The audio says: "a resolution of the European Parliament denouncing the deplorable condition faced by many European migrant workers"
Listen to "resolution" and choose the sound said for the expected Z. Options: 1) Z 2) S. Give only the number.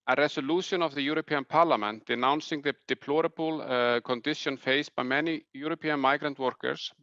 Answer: 2